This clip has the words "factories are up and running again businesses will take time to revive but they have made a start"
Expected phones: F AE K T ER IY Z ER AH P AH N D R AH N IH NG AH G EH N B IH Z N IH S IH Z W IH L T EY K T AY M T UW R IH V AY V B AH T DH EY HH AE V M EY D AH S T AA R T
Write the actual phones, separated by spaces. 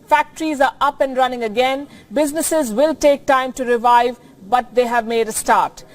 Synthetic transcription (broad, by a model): F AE K T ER IY Z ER AH P AH N D R AH N IH NG AH G EH N B IH Z N IH S IH Z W IH L T EY K T AY M T UW R IH V AY V B AH T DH EY HH AE V M EY D AH S T AA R T